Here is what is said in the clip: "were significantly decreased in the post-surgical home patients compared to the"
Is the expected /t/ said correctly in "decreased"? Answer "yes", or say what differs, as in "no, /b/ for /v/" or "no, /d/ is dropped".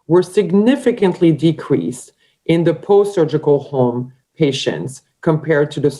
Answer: yes